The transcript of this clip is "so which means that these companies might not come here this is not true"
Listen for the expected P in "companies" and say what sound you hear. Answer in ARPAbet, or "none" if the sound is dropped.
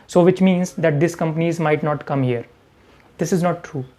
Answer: P